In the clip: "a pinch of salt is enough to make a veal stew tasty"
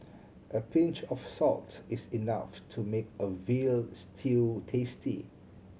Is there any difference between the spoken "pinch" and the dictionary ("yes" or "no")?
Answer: no